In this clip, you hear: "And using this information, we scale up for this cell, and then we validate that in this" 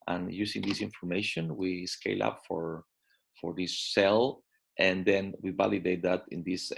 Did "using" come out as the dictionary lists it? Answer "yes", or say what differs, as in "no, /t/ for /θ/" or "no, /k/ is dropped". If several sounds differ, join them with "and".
no, /s/ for /z/